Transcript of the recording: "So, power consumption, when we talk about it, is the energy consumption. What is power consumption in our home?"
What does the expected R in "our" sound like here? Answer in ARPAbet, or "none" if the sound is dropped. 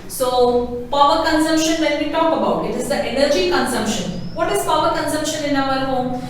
L